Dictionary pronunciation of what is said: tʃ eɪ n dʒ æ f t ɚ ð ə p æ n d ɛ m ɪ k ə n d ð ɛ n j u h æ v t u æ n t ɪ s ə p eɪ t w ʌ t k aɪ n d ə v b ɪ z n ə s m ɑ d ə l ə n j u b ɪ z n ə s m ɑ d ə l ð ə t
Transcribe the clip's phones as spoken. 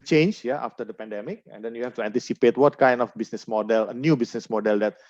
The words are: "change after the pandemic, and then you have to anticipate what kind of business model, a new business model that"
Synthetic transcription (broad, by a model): tʃ eɪ n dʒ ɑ f t ɚ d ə p æ n d ɛ m ɪ k ə n d ɛ n j u h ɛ f t u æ n t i s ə p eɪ t w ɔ t k aɪ n d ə f b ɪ s n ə s m ɑ d ə l ə n j u b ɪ s n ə s m ɑ d ə l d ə t